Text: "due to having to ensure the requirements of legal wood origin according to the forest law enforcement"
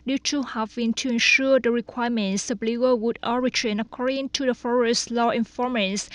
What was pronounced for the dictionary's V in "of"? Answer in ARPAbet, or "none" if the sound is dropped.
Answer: B